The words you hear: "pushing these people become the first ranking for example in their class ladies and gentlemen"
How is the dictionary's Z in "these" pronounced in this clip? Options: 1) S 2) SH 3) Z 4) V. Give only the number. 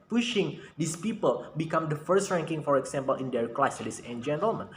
1